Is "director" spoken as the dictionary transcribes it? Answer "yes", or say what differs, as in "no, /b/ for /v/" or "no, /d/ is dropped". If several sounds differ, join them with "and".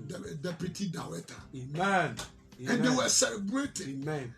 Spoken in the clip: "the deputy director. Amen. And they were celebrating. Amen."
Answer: no, /w/ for /ɹ/ and /k/ is dropped